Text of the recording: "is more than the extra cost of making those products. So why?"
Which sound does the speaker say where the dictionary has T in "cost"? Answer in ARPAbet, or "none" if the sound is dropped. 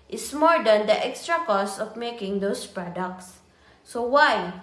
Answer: none